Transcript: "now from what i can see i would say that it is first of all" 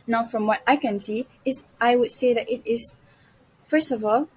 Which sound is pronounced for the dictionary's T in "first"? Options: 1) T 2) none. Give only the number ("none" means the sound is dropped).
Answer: 1